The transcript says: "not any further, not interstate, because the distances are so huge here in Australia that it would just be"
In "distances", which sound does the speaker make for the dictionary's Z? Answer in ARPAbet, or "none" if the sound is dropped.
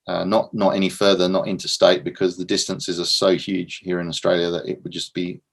Z